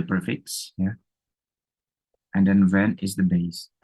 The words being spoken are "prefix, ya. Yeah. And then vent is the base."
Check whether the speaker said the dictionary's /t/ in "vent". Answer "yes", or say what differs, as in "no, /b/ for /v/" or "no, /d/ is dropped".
no, /t/ is dropped